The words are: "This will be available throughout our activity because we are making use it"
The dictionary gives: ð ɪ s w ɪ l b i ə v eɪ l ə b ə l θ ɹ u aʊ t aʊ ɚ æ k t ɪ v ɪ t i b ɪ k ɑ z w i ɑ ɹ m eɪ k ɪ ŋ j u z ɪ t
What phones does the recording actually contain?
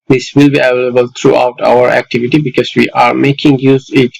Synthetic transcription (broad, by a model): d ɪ s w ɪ l b i ə v eɪ l ə b ə l t ɹ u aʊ t aʊ ɚ æ k t ɪ v ɪ t i b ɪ k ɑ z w i ɑ ɹ m eɪ k ɪ ŋ j u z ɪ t